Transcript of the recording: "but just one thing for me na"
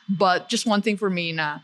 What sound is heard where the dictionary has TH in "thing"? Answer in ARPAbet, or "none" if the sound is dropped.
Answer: TH